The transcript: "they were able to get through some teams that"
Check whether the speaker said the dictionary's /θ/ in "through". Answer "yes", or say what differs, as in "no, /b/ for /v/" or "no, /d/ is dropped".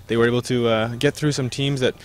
yes